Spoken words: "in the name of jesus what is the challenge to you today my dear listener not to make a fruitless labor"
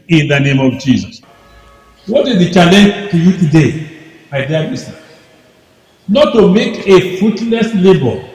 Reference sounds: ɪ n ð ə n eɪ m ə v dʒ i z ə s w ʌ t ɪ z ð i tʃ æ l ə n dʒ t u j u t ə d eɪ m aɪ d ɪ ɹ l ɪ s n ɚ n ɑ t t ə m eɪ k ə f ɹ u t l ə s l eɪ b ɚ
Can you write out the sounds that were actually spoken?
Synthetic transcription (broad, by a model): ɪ n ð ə n eɪ m ə v dʒ i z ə s w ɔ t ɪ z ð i tʃ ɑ l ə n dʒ t u j u t ə d eɪ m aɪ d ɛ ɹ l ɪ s ɚ n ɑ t t ə m eɪ k ə f ɹ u t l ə s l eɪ b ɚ